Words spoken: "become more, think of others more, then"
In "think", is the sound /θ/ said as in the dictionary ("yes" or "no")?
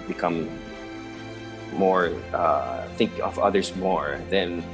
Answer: yes